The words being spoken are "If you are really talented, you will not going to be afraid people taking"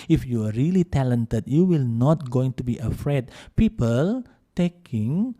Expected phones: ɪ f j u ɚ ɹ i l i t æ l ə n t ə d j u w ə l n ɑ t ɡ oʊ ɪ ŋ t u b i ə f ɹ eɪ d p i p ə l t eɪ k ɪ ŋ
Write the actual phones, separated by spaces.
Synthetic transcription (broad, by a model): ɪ f j u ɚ ɹ i l i t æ l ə n t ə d j u w ə l n ɑ t ɡ oʊ ɪ ŋ t u b i ə f ɹ eɪ d p i p ə l t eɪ k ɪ ŋ